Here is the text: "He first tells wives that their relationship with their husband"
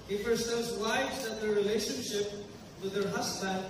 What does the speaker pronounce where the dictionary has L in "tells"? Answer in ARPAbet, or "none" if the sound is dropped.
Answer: none